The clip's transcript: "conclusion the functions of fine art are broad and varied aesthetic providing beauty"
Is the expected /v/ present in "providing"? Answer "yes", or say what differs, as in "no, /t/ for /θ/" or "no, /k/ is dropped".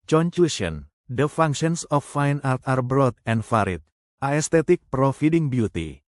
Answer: no, /f/ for /v/